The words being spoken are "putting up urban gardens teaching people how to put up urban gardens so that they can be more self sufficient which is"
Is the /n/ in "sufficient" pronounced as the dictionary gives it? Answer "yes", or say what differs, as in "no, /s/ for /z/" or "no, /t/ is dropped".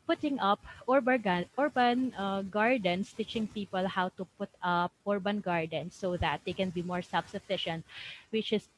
yes